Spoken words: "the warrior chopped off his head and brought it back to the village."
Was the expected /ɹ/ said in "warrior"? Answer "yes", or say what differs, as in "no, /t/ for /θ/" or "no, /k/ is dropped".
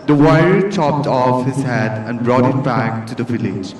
no, /ɹ/ is dropped